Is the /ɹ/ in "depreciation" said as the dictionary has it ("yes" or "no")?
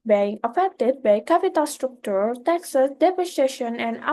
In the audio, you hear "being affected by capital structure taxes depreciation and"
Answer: no